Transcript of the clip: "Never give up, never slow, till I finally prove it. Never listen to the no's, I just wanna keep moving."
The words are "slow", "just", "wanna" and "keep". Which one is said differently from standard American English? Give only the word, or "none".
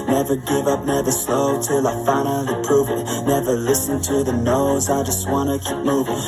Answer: none